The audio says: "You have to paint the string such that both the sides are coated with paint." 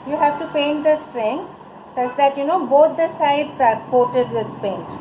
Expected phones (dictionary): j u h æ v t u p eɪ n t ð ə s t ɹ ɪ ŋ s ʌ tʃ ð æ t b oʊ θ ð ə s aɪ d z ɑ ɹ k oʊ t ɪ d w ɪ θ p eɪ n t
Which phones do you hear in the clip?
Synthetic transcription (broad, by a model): j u h æ v t u p eɪ n t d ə s t ɹ ɪ ŋ s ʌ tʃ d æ t b oʊ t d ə s aɪ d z ɑ ɹ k oʊ t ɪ d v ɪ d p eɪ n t